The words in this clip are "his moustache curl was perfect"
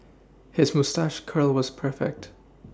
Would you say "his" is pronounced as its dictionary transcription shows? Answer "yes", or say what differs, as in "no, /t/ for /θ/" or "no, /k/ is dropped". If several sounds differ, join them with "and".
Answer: yes